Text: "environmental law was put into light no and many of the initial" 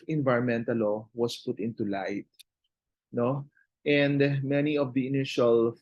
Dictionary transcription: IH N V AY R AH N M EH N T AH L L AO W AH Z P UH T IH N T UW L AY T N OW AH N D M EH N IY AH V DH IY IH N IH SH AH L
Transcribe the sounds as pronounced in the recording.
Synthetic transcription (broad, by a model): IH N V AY R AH N M EH N T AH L L AO W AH S P UH T IH N T UW L AY T N OW AH N D M EH N IY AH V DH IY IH N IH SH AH L